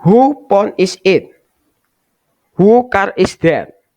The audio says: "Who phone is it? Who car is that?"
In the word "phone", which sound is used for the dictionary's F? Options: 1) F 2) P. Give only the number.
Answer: 2